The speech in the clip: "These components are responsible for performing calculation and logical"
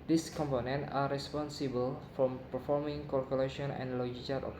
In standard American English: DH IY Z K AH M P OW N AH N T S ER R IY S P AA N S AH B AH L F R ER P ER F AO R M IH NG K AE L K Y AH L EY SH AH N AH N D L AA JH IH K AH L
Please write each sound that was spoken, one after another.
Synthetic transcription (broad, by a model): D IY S K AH M P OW N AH N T AA R IY S P AA N S AH B AH L F R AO P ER F AO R M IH NG K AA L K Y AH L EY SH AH N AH N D L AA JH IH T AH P